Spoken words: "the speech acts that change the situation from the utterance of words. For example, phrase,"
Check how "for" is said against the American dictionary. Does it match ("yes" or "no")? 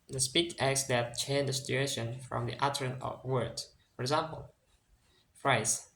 yes